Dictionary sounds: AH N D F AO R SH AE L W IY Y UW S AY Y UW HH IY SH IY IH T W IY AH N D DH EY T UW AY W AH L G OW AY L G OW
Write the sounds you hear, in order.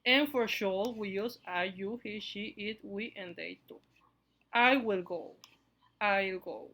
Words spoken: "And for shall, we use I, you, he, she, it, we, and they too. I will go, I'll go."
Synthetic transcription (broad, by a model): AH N F AO R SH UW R W IY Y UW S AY Y UW HH IY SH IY IH T W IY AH N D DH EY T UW AY W AH L G OW AY L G OW